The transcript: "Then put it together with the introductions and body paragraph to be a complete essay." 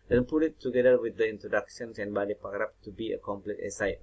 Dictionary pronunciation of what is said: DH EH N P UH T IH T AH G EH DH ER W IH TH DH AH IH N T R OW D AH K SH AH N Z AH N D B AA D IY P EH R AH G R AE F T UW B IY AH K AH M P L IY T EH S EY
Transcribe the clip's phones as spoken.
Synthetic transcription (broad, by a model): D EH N P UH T IH T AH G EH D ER W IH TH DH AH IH N T R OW D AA K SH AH N S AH N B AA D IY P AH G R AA P T UW B IY AH K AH M P L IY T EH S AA